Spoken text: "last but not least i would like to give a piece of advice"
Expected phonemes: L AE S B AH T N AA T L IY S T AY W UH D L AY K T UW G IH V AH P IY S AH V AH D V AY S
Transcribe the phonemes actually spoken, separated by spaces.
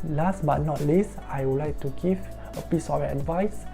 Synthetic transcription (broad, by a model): L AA S B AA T N AA T L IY S AY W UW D L AY K T UW G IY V AH P IY S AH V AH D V AY S